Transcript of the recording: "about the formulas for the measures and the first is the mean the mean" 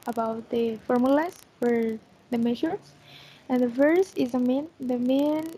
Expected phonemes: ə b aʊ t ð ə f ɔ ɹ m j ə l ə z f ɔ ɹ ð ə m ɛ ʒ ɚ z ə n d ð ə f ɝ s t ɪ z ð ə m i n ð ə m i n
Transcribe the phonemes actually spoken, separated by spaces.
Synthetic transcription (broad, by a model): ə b aʊ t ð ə f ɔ ɹ m j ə l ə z f ɔ ɹ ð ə m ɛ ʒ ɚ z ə n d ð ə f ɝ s ɪ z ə m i n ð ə m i n